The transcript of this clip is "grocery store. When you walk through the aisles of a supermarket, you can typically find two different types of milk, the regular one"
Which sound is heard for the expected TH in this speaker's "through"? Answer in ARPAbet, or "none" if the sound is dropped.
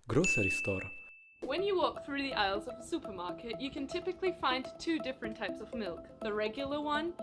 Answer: TH